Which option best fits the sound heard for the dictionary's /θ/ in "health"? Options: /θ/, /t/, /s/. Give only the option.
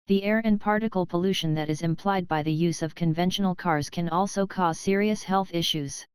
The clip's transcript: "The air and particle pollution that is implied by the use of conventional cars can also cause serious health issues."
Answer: /θ/